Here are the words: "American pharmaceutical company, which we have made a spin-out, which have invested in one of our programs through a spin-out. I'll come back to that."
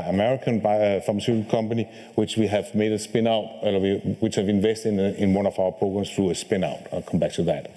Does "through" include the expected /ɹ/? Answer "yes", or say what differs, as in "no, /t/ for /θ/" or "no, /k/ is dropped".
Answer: yes